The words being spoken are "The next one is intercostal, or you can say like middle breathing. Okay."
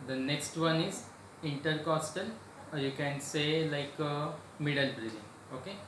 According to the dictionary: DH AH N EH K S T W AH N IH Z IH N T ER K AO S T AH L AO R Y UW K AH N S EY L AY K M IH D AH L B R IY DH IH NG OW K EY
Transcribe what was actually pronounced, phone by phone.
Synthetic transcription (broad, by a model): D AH N EH K S T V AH N IH Z IH N T ER K AO S T AH L AO R Y UW K AH N S EY L AY K M IH D AH L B R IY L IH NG OW K EY